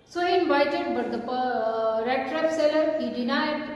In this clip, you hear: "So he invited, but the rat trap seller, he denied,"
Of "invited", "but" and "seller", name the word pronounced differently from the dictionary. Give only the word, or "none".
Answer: invited